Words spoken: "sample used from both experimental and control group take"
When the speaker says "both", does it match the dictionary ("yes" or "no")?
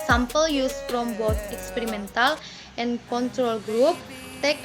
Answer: no